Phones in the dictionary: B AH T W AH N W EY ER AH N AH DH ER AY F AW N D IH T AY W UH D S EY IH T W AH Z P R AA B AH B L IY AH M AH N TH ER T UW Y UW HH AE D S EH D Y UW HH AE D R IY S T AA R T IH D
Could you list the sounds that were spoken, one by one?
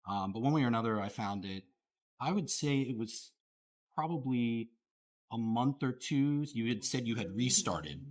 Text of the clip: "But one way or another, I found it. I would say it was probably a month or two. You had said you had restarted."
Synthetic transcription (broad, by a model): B AH T W AH N W EY ER AH N AH DH ER AY F AW N D IH T AY W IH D S EY IH T W AH Z P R AA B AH B L IY AH M AH N TH ER T UW Y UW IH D S EH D Y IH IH D R IY S T AA R T IH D